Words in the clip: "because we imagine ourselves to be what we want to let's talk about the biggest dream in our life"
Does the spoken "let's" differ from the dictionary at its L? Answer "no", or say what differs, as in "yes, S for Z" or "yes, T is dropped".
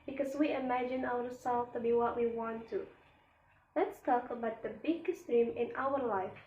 no